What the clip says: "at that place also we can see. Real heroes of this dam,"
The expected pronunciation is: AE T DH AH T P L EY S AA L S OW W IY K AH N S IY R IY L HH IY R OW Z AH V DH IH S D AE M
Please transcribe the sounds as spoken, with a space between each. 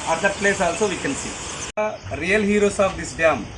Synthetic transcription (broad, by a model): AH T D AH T P L EY S AA L S OW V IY K AH N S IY R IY L HH IY R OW S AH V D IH S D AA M